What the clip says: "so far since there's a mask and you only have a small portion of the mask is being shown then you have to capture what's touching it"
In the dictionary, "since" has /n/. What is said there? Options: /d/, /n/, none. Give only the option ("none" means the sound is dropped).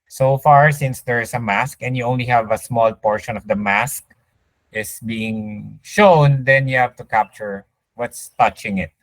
/n/